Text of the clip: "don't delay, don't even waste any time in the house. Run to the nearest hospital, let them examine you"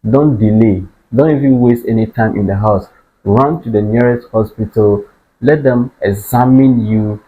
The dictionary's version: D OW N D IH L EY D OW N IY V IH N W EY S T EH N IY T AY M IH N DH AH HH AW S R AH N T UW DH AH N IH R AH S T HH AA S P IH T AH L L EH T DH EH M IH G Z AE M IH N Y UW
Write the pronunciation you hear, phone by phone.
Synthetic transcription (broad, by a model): D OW N D IH L EY D OW N IY V IH N W EY S T EH N IY T AY M IH N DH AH HH AW S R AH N T UW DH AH N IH R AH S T HH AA S P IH T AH L L EH T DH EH M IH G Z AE M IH N Y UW